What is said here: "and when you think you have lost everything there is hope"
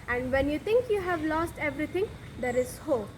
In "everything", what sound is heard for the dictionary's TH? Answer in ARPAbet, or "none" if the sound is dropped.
T